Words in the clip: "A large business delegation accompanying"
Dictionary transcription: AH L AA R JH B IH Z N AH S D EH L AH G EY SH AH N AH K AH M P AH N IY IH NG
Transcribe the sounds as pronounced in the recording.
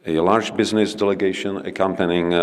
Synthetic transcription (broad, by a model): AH L AA R JH B IH Z N AH S D EH L AH G EY SH AH N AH K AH M P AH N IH NG